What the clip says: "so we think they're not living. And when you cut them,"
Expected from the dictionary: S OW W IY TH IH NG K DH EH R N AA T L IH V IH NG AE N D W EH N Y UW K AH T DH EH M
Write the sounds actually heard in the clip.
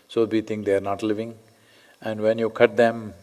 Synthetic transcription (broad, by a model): S OW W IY T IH NG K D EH R N AA T L IH V IH NG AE N D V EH N Y UW K AH T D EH M